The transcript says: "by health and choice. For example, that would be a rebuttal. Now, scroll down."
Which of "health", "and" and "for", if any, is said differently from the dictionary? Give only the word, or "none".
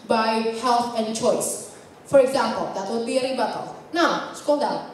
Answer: health